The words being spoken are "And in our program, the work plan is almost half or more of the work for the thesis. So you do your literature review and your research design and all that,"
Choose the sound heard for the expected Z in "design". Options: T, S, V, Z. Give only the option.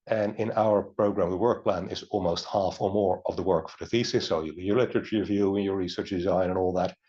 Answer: Z